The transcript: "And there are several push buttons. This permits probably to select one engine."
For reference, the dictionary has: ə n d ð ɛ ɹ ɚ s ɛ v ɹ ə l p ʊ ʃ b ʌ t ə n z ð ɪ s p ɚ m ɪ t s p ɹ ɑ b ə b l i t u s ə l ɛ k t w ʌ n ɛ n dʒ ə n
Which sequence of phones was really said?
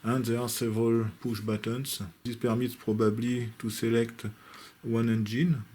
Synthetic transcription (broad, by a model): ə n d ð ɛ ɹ s ɛ v ɹ ə l p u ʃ b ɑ t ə n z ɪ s p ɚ m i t p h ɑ b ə b l i t u s ə l ɛ k t w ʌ n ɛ n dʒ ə n